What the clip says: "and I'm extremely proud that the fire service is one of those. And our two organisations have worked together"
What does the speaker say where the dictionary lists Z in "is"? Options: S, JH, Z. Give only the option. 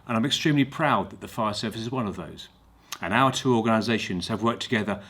Z